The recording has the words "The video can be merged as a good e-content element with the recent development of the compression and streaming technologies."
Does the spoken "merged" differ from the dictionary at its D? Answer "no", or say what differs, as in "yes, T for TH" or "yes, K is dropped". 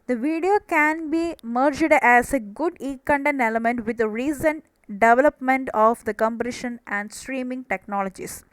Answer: no